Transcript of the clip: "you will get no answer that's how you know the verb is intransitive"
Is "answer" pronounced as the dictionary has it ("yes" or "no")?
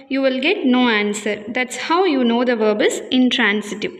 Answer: yes